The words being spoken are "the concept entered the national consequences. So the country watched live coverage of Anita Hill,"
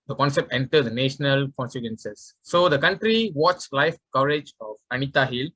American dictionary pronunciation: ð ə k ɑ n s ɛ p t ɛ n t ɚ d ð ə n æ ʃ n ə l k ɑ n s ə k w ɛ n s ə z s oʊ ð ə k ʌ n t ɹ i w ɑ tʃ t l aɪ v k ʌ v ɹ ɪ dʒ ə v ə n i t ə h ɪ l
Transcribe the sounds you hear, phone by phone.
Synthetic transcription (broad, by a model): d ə k ɑ n s ɛ p t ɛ n t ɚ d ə n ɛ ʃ n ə l k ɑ n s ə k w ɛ n s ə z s oʊ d ə k ʌ n t ɹ i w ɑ tʃ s l aɪ f k ʌ v ɹ ɪ dʒ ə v ə n i t ə h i l